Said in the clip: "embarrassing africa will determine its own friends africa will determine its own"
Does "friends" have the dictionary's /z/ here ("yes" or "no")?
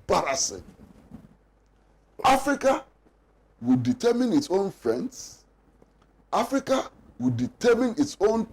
no